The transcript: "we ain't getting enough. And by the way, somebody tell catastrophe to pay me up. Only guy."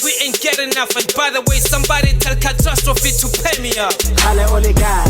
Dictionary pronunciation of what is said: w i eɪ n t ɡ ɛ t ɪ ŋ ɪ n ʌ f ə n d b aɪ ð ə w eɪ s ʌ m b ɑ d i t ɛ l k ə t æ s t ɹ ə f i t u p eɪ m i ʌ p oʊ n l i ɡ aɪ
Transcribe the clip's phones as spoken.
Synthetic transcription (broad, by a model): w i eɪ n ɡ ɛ t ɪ ɪ n ʌ f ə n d b aɪ ð ə w eɪ s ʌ m b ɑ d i t ɛ l k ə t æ s t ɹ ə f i t u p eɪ m i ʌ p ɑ l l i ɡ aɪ